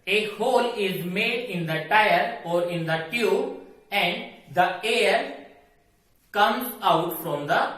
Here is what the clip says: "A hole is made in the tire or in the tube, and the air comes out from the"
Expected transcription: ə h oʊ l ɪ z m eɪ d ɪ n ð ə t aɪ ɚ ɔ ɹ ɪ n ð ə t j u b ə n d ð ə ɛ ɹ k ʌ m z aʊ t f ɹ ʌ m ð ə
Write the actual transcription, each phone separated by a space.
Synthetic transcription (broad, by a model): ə h oʊ l ɪ z m eɪ d ɪ n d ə t aɪ ɚ ɔ ɹ ɪ n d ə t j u ə n d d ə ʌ ɹ k ʌ m z aʊ t f ɹ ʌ m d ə